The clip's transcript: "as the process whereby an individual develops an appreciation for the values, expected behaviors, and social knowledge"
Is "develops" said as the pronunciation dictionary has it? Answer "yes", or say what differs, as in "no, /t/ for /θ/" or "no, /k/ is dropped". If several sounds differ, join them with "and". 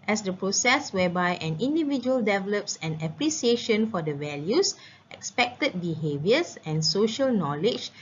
yes